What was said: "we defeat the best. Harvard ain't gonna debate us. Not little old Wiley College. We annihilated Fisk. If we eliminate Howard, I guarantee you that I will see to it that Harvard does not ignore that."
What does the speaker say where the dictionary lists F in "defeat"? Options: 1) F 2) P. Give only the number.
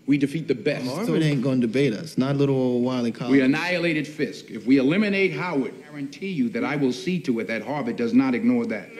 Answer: 1